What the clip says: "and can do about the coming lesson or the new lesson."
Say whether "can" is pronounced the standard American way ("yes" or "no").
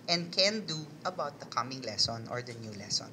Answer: yes